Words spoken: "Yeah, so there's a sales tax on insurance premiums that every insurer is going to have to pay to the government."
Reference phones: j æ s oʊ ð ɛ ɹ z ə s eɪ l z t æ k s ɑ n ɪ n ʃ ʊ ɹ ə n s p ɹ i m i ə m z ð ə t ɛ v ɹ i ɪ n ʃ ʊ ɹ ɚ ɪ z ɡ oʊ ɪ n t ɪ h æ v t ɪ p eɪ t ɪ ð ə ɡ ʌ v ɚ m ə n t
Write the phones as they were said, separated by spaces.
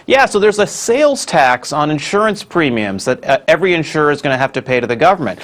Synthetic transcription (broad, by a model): j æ s oʊ ð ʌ ɹ z ə s eɪ l z t æ k s n ɪ n ʃ ʊ ɹ ə n s p ɹ i m i ə m z ð ə t ɛ v ɹ i ɪ n ʃ ʊ ɹ ɚ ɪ z ɡ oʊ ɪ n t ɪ h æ f t ɪ p eɪ t ɪ ð ə ɡ ʌ v ɚ m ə n t